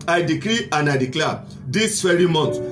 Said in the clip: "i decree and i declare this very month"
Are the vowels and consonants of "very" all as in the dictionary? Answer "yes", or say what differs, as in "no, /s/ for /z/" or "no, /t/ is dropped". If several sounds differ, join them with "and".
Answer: no, /f/ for /v/